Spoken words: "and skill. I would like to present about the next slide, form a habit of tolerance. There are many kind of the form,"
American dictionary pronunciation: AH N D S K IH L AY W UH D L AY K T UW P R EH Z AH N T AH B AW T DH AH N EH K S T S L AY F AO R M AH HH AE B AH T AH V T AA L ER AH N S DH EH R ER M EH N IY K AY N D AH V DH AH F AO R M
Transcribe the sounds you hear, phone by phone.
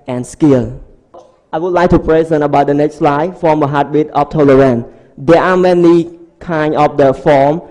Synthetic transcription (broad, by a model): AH N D S K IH L AY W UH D L AY K T UW P R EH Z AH N AH B AW T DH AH N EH K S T S L AY F AO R M AH HH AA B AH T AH F T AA L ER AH N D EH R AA M EH N IY K AY N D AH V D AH F AO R M